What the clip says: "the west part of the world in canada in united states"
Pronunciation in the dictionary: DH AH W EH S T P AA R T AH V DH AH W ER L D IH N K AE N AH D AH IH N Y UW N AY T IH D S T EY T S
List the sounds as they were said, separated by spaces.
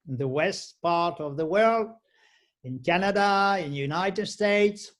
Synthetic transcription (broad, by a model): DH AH W EH S T P AA R T AH V DH AH W ER L D IH N K AE N AH D AH IH N Y UW N AY T IH D S T EY T S